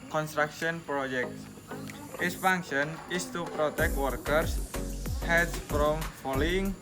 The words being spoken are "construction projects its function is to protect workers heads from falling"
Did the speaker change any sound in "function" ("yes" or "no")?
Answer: yes